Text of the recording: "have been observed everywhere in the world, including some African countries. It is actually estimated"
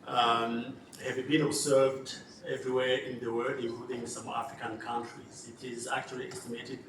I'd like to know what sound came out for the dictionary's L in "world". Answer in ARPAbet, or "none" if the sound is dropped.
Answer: none